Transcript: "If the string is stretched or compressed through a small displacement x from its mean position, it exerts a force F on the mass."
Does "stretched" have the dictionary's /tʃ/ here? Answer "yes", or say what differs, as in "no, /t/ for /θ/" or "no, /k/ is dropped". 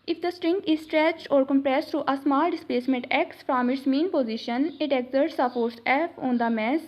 yes